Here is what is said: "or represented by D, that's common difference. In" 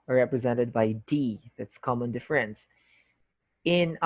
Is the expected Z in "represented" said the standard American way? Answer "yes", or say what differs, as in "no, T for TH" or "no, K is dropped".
yes